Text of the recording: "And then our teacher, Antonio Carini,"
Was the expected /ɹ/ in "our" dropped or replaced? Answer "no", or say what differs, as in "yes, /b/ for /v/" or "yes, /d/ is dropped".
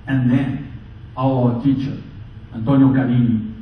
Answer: yes, /w/ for /ɹ/